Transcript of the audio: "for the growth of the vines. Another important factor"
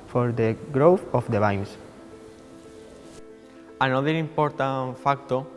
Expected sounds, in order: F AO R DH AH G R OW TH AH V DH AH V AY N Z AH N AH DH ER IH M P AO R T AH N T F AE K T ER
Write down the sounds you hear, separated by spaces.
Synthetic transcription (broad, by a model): F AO R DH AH G R OW TH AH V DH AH B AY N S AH N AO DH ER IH M P AO R T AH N F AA K T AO